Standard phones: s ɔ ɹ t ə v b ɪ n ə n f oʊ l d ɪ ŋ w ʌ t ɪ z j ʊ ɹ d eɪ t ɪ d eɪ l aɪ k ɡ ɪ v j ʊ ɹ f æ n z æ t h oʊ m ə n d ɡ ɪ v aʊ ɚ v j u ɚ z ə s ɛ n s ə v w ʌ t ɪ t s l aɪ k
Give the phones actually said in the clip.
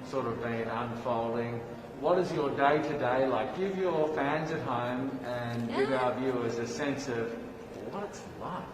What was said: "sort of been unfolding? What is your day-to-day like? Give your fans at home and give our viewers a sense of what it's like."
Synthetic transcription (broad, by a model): s ɔ ɹ t ə v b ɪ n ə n f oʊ l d ɪ ŋ w ʌ t ɪ z j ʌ ɹ d eɪ t ɪ d eɪ l aɪ k ɡ ɪ v j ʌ ɹ f æ n z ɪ t h oʊ m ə n ɡ ɪ v aʊ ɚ v j u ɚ z ə s ɛ n s ə v w ʌ t ɪ t s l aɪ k